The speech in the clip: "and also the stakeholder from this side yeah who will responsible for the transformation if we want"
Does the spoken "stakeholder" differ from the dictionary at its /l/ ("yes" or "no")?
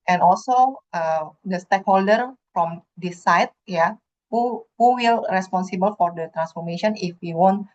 no